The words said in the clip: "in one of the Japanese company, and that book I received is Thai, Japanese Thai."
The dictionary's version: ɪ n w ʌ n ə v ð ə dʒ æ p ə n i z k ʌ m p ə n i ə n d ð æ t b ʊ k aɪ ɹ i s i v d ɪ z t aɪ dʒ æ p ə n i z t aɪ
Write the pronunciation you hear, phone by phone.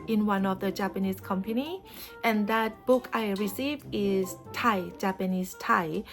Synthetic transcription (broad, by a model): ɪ n w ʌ n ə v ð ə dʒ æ p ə n i s k ʌ m p ə n i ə n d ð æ t b ʊ k aɪ ɹ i s i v ɪ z t aɪ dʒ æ p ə n i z t aɪ